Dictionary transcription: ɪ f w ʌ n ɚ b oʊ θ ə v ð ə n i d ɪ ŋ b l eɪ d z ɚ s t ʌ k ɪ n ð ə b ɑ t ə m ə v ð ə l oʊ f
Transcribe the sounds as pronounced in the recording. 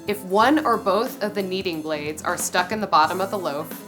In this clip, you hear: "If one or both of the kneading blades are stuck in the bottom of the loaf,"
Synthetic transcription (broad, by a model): ɪ f w ʌ n ɚ b oʊ θ ə v ð ə n i d ɪ ŋ b l eɪ d z ɚ s t ʌ k ɪ n ð ə b ɑ t ə m ə v ð ə l oʊ